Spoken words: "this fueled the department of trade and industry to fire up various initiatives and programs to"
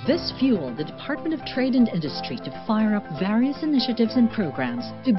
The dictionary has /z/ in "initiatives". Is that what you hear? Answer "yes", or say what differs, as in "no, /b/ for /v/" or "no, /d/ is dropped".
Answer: yes